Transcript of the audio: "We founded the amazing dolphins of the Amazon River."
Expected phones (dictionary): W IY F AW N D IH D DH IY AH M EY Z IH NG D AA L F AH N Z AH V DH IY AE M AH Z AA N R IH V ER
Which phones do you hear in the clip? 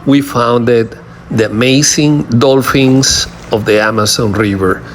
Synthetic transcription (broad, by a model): W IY F AW N D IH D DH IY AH M EY S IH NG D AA L F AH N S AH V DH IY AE M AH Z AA N R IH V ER